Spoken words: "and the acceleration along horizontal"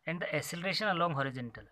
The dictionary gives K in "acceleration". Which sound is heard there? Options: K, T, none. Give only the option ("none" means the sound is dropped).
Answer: none